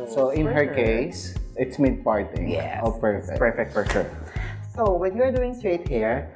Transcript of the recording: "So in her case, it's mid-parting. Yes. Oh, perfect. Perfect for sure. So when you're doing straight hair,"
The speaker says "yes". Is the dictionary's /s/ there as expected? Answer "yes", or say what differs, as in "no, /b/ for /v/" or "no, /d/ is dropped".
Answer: no, /s/ is dropped